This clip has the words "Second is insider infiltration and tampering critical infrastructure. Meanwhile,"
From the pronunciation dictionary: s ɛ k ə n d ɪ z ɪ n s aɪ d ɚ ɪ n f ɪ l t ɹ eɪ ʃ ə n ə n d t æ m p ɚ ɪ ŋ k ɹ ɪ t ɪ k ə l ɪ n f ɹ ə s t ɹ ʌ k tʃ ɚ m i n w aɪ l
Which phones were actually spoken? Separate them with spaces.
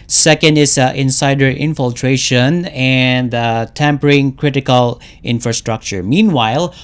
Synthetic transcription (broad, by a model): s ɛ k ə n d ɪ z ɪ n s aɪ d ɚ ɪ n f ɪ l t ɹ eɪ ʃ ə n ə n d t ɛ m p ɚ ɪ ŋ k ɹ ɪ t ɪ k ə l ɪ n f ɹ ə s t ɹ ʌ k tʃ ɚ m i n w aɪ l